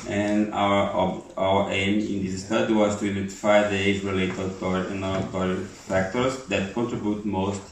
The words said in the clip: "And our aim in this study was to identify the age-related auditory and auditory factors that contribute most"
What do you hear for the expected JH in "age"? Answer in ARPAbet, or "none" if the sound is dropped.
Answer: Z